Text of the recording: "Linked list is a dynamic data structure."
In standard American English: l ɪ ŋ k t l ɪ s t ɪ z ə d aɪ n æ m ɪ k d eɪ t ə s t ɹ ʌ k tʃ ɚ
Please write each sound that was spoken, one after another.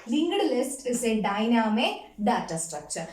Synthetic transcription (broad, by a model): l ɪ ŋ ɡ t l ɪ s t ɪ s ə d aɪ n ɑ m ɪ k d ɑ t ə s t ɹ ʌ k tʃ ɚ